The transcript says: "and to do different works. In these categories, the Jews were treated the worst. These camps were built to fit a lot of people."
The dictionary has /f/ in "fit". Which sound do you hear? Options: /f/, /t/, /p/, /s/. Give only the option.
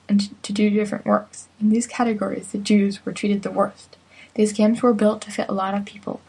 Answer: /f/